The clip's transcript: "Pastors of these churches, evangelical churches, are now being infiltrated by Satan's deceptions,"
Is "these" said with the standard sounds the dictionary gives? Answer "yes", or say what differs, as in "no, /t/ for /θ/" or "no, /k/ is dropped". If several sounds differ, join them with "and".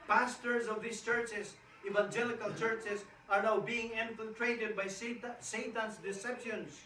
no, /s/ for /z/